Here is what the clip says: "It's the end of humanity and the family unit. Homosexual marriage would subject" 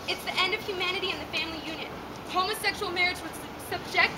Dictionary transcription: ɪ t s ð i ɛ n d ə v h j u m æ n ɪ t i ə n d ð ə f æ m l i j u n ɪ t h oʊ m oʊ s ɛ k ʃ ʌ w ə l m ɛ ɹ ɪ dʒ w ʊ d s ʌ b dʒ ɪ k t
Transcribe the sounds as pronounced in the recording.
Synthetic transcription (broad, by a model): ɪ t s ð i ɛ n d ə v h j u m æ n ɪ t i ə n ð ə f æ m l i j u n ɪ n h oʊ m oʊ s ɛ k ʃ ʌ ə l m ɛ ɹ ɪ dʒ w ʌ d s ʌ b dʒ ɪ k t